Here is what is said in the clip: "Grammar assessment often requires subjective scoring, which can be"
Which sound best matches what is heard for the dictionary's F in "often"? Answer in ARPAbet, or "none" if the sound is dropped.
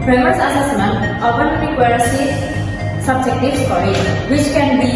P